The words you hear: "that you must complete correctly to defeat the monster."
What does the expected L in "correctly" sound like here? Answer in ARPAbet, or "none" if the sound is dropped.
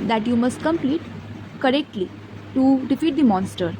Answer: L